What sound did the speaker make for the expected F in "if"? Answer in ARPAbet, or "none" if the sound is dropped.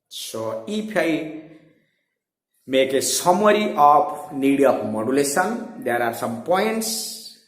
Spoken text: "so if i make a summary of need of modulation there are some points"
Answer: P